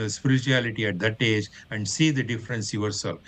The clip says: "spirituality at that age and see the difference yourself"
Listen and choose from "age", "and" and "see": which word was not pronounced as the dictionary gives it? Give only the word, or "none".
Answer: none